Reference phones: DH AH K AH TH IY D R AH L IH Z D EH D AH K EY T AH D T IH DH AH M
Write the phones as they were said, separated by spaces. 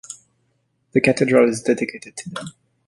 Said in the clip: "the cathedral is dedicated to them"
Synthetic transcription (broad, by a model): DH AH K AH T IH D R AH L IH Z D EH D AH K EY T AH D T IH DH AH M